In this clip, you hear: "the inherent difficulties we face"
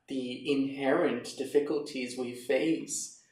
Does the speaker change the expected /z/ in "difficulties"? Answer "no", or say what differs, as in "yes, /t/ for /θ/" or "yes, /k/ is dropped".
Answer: no